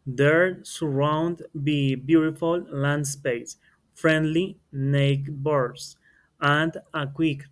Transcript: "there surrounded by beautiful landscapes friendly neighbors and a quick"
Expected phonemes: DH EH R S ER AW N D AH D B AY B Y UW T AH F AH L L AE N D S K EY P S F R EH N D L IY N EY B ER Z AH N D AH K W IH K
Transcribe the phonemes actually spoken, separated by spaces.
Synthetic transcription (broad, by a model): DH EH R S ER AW N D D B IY B Y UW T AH F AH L L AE N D S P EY S F R EH N D L IY N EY B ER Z AH N D AH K W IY K